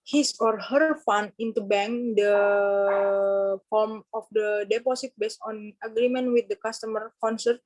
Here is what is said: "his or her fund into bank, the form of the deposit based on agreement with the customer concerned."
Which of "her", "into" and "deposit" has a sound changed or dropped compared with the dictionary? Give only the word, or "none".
deposit